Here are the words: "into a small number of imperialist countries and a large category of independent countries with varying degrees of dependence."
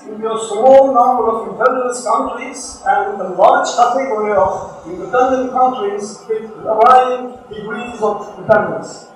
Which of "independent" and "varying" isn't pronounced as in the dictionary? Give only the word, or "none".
varying